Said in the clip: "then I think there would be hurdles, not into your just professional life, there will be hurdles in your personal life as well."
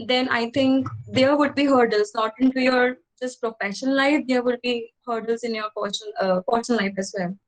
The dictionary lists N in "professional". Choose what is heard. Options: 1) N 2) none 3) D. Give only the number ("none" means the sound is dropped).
2